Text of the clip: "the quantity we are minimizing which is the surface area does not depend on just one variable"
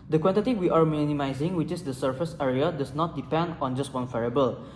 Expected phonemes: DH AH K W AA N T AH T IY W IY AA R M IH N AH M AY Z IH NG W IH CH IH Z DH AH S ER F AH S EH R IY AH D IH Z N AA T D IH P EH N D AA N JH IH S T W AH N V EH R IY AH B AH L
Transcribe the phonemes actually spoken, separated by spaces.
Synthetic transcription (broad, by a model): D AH K W AA N T AH T IY W IY AA R M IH N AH M AY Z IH NG W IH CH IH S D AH S ER F AH S EH R IY AH D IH S N AA T D IH P EH N D AA N JH IH S T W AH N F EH R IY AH B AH L